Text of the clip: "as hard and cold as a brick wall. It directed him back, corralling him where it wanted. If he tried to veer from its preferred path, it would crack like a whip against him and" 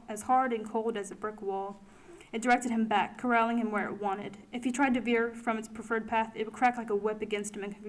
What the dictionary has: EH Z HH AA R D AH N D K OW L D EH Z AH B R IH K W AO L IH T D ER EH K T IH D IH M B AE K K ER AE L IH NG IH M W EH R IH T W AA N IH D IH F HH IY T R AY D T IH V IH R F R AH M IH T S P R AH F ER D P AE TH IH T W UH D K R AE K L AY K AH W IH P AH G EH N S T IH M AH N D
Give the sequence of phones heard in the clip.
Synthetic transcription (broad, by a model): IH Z HH AA R D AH N K OW L D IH Z AH B R IH K W AO L IH T D ER EH K T IH D IH M B AE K K ER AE L IH NG IH M W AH R IH T W AA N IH D IH F HH IY T R AY D T IH V IH R F R AH M IH T S P R AH F ER D P AE TH IH T W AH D K R AE K L AY K AH W IH P AH G EH N S T IH M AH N